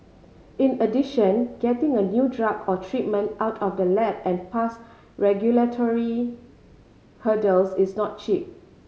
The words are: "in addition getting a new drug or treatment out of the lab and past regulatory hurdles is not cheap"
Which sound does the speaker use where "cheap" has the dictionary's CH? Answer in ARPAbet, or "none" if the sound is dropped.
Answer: CH